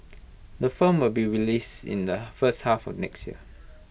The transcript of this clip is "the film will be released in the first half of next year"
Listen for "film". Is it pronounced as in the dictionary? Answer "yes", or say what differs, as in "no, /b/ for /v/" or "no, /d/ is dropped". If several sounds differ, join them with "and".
no, /l/ is dropped